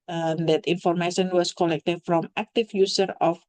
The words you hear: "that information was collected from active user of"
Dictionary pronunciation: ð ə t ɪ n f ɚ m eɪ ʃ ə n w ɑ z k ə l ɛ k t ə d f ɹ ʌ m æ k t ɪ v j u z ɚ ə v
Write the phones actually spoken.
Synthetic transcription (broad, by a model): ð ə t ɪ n f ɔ m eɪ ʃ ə n w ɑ s k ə l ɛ k t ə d f ɹ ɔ m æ k t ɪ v j u s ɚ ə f